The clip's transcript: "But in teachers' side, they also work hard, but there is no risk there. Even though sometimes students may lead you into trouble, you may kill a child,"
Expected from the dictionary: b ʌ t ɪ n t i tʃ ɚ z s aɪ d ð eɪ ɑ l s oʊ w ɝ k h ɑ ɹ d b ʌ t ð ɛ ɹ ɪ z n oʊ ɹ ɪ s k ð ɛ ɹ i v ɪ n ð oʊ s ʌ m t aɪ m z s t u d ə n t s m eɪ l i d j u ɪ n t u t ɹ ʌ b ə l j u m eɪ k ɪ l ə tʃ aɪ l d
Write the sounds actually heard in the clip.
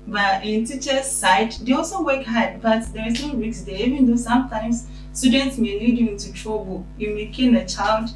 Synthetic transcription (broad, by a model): b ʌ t ɪ n t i tʃ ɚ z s aɪ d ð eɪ ɑ l s oʊ w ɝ k h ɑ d b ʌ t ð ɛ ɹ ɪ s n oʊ w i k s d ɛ i v ɪ n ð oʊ s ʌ m t aɪ m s s t u d ə n t s m eɪ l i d j u ɪ n t u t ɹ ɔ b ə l j u m eɪ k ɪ n ə tʃ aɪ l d